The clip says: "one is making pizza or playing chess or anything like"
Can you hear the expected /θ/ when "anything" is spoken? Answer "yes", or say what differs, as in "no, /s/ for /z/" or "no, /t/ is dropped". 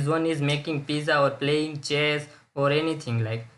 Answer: no, /t/ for /θ/